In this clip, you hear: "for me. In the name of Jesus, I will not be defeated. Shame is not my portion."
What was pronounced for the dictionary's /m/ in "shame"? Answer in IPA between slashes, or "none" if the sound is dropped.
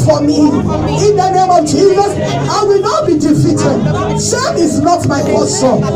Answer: none